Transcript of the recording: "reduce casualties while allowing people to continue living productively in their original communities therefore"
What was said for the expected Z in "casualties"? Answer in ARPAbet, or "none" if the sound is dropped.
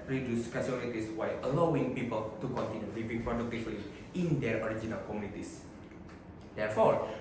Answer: S